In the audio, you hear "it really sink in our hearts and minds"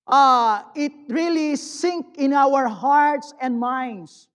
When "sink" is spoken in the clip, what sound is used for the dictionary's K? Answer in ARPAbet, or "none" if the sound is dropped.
K